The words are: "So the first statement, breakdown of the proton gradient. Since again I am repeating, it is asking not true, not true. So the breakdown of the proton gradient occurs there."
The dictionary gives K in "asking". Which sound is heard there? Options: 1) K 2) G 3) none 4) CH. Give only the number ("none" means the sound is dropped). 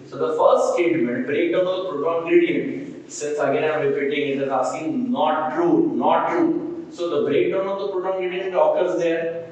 3